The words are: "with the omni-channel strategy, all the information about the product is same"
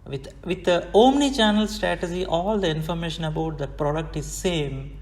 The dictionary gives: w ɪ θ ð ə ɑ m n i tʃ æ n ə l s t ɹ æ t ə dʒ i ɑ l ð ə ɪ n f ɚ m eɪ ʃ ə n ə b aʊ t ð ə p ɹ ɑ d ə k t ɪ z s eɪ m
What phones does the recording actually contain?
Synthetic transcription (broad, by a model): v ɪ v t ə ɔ m n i tʃ æ n ə l s t ɹ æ t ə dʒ i ɑ l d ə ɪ n f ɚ m eɪ ʃ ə n ə b aʊ t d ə p ɹ ɑ d ə k t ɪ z s eɪ m